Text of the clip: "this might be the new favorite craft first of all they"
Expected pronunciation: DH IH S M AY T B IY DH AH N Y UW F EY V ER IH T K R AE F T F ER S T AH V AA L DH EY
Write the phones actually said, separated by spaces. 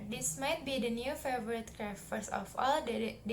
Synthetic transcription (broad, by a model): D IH S M AY T B IY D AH N Y UW F EY V ER IH T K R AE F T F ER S AH F AA L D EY